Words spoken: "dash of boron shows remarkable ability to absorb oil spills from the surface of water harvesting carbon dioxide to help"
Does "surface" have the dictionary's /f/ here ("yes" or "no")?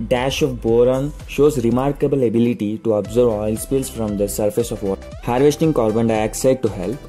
yes